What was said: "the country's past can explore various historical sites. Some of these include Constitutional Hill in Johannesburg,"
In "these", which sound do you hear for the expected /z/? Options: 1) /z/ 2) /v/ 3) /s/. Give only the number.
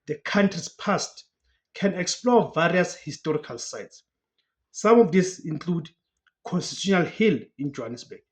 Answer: 3